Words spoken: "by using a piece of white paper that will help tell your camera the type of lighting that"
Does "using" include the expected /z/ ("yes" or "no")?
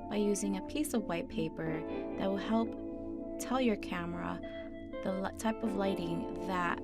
yes